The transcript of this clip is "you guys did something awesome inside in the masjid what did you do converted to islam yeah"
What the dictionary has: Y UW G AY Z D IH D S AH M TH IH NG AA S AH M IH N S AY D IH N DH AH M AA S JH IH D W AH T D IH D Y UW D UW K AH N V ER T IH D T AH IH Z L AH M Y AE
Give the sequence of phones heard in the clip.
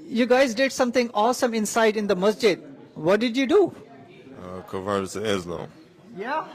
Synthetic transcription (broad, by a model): Y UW G AY Z D IH D S AH M T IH NG AA S AH M IH N S AY D IH N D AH M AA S JH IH D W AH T D IH D Y UW D UW K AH V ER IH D S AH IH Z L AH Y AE